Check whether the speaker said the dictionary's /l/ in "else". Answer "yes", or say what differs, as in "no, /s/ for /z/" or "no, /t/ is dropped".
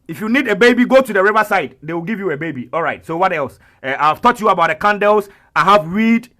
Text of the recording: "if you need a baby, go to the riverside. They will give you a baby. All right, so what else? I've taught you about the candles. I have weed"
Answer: yes